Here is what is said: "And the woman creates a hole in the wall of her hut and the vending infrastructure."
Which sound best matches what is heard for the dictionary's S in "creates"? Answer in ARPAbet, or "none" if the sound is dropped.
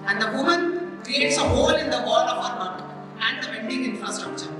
S